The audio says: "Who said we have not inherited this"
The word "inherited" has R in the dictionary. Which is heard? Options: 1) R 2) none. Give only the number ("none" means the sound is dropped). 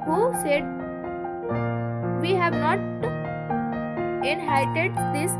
2